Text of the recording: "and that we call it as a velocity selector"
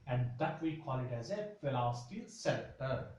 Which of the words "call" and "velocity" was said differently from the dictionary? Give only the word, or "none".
velocity